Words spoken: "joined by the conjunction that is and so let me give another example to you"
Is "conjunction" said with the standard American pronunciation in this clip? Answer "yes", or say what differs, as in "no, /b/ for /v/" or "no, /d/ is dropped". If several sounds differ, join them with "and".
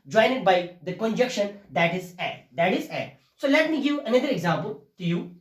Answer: no, /ŋ/ is dropped